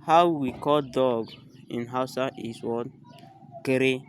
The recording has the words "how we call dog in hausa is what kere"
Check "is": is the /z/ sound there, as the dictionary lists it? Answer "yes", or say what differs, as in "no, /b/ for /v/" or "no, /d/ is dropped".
no, /s/ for /z/